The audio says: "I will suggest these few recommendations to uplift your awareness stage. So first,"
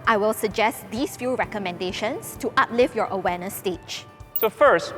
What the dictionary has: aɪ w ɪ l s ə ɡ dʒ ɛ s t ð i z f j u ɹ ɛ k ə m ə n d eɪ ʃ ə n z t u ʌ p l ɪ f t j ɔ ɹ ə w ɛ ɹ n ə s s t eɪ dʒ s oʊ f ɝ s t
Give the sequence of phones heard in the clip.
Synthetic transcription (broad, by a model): aɪ w ɪ l s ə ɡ dʒ ɛ s t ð i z f j u ɹ ɛ k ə m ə n d eɪ ʃ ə n s t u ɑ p l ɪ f j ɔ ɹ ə w ɛ n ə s s t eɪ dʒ s oʊ f ɝ s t